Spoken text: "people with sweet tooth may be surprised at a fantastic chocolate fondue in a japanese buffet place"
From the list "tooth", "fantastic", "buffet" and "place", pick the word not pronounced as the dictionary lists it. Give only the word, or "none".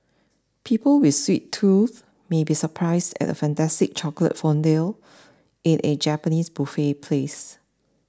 none